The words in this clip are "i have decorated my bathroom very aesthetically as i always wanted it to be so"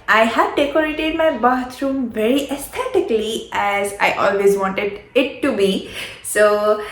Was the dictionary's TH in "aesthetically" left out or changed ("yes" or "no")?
yes